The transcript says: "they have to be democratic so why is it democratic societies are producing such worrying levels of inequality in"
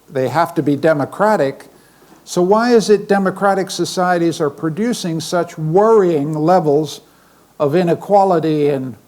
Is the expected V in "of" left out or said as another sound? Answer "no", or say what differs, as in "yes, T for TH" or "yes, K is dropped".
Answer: no